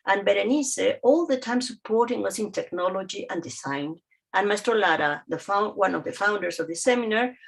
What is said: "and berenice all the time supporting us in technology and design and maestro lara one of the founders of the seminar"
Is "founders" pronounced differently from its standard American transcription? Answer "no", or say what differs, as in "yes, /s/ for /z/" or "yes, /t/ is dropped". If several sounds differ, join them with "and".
yes, /s/ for /z/